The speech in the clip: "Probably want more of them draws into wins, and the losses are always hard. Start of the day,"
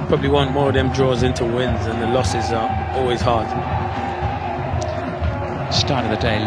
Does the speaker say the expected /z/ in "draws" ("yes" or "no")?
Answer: yes